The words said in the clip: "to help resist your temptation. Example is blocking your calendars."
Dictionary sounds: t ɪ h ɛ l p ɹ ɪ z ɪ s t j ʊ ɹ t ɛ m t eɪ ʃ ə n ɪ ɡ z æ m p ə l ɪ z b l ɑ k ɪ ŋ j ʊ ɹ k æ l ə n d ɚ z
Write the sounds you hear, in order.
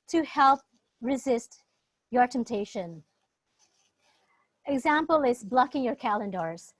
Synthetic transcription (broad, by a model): t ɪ h ɛ l p ɹ ɪ z ɪ s t j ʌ ɹ t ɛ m t eɪ ʃ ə n ɪ ɡ z æ m p ə l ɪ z b l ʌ k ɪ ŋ j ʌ ɹ k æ l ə n d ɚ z